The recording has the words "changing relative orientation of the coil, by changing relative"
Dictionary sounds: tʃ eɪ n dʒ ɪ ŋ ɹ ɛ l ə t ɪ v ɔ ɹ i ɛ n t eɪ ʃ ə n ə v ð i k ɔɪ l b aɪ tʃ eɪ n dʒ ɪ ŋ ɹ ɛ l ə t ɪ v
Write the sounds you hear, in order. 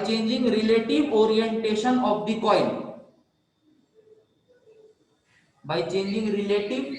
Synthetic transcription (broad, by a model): tʃ eɪ n dʒ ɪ ŋ ɹ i l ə t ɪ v ɔ ɹ i ɛ n t eɪ ʃ ə n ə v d i k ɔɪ n b aɪ tʃ eɪ n dʒ ɪ ŋ ɹ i l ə t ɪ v